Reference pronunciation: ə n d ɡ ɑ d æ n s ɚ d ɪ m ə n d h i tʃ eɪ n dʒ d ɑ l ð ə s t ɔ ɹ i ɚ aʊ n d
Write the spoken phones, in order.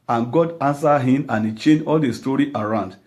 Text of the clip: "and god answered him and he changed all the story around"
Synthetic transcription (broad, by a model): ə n ɡ ɑ d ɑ n s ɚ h ɪ m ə n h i tʃ eɪ n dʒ ɑ l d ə s t ɔ ɹ i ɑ aʊ n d